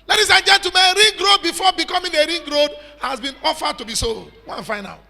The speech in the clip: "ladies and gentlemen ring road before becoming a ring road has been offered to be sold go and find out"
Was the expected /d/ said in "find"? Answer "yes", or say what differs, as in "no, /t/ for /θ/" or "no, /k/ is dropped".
no, /d/ is dropped